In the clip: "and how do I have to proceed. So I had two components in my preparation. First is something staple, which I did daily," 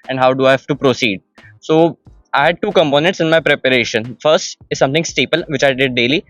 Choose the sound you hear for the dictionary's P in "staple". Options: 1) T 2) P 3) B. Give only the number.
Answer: 2